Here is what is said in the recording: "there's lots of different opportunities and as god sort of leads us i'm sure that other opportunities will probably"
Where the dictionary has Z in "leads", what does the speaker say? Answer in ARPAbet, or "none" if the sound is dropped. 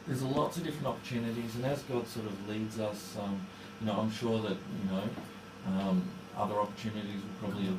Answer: Z